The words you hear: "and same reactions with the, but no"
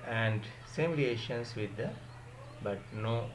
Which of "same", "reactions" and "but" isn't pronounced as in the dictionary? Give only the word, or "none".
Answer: reactions